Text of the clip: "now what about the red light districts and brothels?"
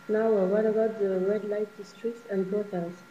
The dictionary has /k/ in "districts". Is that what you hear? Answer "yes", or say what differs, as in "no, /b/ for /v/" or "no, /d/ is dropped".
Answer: yes